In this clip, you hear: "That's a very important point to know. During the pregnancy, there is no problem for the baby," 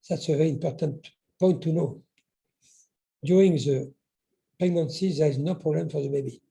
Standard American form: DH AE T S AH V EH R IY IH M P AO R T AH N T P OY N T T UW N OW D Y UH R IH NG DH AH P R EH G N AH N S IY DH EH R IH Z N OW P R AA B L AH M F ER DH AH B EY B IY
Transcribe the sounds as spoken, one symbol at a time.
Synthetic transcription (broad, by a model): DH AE T S AH V EH R IY IH M P AO R T AH N T P OY N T T UW N OW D Y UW R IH NG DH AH P EH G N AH N S IY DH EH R IH Z N OW P R AA B L AH M F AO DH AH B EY B IY